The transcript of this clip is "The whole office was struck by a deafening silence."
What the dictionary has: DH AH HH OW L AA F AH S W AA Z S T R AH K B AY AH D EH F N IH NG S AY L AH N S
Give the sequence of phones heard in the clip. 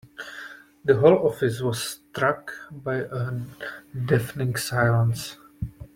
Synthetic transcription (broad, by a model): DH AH HH OW L AA F AH S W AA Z S T R AH K B AY AH D EH F N IH NG S AY L AH N S